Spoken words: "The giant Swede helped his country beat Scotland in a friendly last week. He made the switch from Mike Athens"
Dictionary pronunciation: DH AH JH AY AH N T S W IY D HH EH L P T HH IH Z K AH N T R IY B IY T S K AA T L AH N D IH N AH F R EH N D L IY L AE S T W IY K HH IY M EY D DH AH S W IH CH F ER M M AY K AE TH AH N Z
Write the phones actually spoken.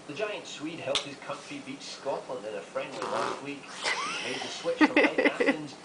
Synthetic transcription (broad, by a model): DH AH JH AY AH N T S W IY D HH EH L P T HH IH Z K AH N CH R IY B IY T S K AA T L AH N D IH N AH F R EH N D W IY L AE S T W IY K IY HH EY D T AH S W IH CH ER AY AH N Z